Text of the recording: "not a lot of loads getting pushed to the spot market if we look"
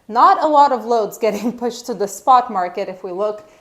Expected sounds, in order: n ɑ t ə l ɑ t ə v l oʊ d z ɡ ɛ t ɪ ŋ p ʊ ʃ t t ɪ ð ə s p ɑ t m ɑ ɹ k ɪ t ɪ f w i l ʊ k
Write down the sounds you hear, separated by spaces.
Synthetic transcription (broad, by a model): n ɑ t ə l ɑ t ə v l oʊ d z ɡ ɛ t ɪ ŋ p ʊ ʃ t t ɪ ð ə s p ɑ t m ɑ ɹ k ɪ t ɪ f w i l ʊ k